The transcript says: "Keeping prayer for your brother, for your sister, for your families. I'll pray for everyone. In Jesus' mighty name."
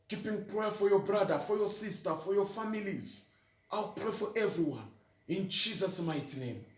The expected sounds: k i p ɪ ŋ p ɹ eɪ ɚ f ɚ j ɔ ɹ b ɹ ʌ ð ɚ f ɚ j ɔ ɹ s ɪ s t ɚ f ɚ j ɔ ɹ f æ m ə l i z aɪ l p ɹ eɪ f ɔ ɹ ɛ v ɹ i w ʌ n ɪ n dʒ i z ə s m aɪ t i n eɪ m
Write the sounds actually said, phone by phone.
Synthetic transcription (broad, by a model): k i p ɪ ŋ p ɹ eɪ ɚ f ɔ j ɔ b ɹ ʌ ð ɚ f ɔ j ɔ s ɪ s t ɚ f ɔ j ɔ f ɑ m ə l i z aɪ l p ɹ eɪ f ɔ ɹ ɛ v ɹ i w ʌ n ɪ n dʒ i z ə s m aɪ t i n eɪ m